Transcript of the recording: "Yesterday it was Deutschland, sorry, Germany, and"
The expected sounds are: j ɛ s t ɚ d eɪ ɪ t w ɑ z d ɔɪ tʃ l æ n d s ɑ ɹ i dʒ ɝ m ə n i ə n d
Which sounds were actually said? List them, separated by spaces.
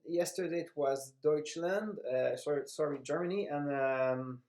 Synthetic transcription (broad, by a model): j ɛ s t ɚ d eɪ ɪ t w ɑ z d ɔɪ tʃ l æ n d s ɑ ɹ i dʒ ɝ m ə n i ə n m